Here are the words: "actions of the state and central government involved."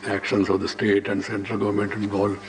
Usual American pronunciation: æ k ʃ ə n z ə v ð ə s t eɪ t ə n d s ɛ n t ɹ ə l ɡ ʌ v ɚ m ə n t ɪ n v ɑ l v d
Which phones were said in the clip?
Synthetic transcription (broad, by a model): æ k ʃ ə n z ə v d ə s t eɪ t ə n d s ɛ n t ɹ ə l ɡ ʌ v ɚ m ə n t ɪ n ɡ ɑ l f